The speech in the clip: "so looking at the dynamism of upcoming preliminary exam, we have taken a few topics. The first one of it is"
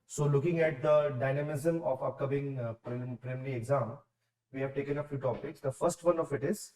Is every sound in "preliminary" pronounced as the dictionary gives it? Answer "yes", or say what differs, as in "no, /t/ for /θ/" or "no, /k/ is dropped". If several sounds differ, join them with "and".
no, /l/ is dropped